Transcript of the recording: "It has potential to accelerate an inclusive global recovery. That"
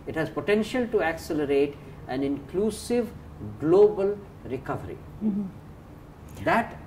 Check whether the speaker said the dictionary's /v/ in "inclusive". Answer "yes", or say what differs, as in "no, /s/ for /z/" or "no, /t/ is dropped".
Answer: yes